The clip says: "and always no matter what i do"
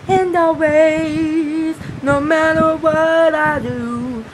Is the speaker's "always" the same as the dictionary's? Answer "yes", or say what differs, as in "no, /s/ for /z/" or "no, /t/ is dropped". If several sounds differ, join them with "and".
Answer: no, /l/ is dropped